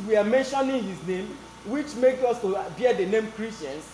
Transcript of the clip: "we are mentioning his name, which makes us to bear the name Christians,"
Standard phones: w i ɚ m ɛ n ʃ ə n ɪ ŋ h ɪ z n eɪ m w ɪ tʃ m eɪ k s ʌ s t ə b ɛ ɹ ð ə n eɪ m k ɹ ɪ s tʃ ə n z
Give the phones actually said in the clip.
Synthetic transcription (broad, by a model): w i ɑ m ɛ n ʃ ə n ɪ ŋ h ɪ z n eɪ m w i tʃ m eɪ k ɔ s t ə b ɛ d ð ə n eɪ m k ɹ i s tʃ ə n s